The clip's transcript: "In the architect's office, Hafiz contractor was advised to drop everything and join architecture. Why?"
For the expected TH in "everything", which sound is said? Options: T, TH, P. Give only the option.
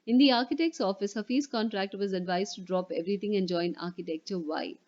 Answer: T